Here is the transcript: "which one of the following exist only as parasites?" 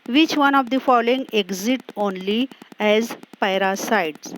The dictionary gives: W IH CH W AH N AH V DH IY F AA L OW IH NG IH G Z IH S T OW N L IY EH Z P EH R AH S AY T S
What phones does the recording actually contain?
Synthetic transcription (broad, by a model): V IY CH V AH N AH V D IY F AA L OW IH NG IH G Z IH T OW N L IY EH Z P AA R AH S AY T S